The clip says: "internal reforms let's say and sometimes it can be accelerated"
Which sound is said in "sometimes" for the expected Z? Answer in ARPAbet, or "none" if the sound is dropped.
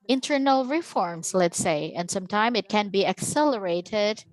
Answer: none